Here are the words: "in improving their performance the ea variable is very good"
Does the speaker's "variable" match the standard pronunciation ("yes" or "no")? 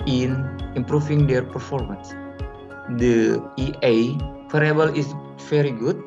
no